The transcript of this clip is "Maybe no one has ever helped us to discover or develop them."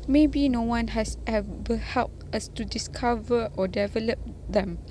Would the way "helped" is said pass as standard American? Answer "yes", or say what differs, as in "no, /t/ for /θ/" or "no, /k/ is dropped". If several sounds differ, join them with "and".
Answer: yes